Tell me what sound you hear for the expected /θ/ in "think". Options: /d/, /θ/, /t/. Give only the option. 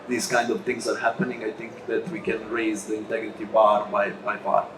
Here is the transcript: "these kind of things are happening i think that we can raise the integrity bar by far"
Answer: /t/